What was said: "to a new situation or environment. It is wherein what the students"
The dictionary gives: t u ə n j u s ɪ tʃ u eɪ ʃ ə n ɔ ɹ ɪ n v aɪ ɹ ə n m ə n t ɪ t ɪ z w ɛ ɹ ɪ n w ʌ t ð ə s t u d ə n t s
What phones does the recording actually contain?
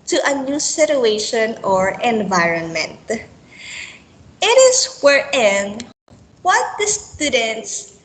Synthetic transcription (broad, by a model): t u ə n j u s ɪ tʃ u eɪ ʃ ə n ɔ ɹ ɪ n v aɪ ɹ ə n m ə n t ɪ t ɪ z w ɛ ɹ ɪ n w ʌ t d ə s t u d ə n t s